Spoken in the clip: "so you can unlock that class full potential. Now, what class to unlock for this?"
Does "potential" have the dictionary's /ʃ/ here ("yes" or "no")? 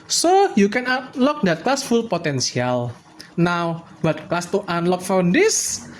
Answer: no